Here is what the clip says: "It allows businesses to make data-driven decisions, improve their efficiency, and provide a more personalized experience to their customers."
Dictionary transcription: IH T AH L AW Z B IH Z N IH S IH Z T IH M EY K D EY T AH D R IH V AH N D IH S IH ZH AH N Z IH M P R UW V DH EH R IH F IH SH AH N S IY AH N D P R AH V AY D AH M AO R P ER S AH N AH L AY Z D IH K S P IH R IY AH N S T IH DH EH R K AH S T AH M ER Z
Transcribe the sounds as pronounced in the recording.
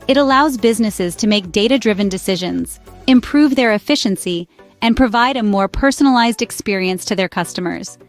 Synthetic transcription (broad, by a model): IH T AH L AW Z B IH Z N IH S IH Z T IH M EY K D EY T AH D R IH V AH N D IH S IH ZH AH N Z IH M P R UW V DH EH R IH F IH SH AH N S IY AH N P R AH V AY D AH M AO R P ER S AH N AH L AY Z D IH K S P IH R IY AH N S T IH DH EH R K AH S T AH M ER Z